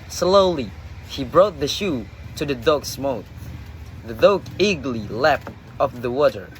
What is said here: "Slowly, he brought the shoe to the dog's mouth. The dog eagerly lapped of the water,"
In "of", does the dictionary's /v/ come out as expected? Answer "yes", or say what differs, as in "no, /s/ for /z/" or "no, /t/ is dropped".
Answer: no, /p/ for /v/